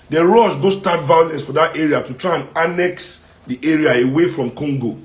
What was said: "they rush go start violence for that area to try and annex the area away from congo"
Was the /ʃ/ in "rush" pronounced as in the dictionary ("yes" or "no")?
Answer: no